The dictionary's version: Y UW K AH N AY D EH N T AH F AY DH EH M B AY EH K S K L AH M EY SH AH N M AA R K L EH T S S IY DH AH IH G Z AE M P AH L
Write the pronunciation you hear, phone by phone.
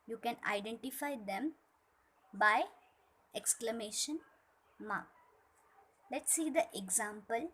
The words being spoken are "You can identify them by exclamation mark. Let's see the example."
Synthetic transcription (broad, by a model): Y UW K AH N AY D EH N T AH F AY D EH M B AY EH K S K L AH M EY SH AH N M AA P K L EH T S S IY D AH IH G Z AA M P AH L